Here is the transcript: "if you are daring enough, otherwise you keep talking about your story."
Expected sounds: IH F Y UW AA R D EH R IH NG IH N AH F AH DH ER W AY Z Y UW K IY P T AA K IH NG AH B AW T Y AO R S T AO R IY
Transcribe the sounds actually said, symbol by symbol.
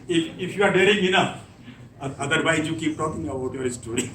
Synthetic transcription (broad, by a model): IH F Y UW AA R D EH R IH NG IH N AH F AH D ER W AY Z Y UW K IY P T AA K IH NG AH AW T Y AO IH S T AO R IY